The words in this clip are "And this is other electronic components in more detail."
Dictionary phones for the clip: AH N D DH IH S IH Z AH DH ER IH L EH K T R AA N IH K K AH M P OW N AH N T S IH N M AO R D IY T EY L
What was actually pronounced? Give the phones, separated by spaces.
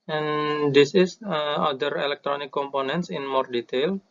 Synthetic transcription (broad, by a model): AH N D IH S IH S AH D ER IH L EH K T R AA N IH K K AH M P OW N AH N T S IH N M AO R D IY T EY L